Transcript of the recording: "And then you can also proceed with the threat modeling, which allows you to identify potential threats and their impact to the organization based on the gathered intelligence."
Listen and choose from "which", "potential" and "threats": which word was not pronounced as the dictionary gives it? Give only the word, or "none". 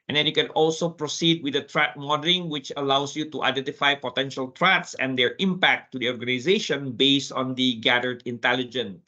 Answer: threats